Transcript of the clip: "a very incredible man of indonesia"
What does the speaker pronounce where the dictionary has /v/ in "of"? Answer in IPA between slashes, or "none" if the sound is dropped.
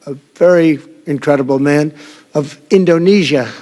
/v/